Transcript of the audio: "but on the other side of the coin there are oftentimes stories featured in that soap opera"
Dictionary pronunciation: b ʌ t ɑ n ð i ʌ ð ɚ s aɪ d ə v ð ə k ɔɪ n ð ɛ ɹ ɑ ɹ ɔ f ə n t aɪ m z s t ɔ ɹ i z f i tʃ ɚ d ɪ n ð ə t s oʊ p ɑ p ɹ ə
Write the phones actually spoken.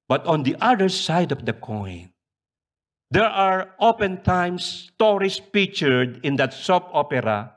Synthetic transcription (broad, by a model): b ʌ t ɑ n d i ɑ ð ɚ s aɪ d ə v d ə k ɔɪ n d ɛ ɹ ɑ ɹ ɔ p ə n t aɪ m s t ɔ ɹ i s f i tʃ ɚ d ɪ n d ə t s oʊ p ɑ p ɹ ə